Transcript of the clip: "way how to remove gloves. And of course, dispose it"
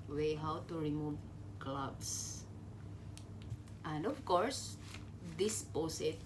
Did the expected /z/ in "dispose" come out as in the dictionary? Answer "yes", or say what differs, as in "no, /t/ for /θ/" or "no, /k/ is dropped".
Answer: no, /s/ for /z/